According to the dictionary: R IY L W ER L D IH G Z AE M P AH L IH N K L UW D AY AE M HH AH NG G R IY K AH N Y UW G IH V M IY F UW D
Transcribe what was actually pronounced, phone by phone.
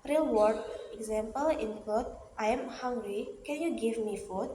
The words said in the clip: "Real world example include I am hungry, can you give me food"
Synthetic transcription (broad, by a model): R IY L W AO D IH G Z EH M P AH L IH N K UW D AY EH M HH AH NG G R IY K AH N Y UW G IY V M IY F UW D